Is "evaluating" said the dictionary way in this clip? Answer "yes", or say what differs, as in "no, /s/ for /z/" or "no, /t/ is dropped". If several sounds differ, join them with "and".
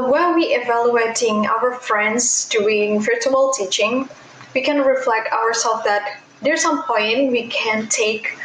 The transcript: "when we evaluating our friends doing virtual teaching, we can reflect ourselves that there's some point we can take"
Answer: yes